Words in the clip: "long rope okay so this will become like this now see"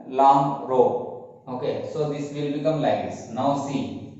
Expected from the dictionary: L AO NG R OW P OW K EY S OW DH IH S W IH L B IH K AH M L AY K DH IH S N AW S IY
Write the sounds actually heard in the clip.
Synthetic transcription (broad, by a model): L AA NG R OW OW K EY S OW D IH S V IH L B IH K AH M L AY K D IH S N AW S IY